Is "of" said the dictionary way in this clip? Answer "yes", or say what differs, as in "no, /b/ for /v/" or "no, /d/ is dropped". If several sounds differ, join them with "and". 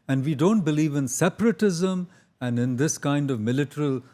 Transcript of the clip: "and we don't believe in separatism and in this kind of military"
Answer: yes